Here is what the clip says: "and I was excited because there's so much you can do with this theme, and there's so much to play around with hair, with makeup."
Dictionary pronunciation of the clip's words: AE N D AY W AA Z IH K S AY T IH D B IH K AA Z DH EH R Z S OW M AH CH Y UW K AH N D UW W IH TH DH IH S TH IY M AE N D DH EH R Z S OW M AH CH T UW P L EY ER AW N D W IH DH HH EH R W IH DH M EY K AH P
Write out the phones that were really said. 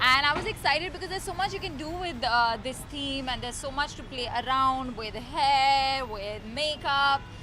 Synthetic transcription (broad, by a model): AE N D AY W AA Z IH K S AY T IH D B IH K AA Z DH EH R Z S OW M AH CH Y UW K AH N D UW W IH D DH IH S T IY M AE N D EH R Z S OW M AH CH T UW P L EY ER AW N D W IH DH HH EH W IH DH M EY K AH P